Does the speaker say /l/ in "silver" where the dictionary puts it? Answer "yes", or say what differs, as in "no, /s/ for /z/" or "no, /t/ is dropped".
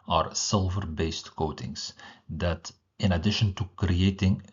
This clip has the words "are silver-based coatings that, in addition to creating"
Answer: yes